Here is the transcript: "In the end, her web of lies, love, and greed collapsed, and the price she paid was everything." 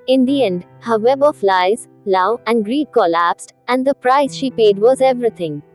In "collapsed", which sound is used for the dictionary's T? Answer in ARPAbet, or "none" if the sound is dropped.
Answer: T